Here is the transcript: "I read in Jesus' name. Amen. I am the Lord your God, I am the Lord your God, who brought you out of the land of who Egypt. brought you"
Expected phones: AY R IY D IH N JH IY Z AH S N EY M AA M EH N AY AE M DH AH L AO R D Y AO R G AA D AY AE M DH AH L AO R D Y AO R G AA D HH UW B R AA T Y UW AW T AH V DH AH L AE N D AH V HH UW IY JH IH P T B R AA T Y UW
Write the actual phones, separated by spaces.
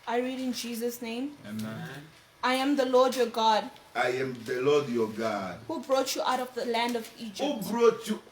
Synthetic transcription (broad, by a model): AY R IY D IH N JH IY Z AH S N EY M AA IH AY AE M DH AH L AO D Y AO G AA D AY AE M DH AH L AO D Y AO G AA D HH UW B R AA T Y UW AW T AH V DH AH L AE N D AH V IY JH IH B R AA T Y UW